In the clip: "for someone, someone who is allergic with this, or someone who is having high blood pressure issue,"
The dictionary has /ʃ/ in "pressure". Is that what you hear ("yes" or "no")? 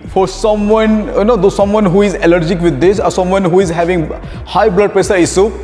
no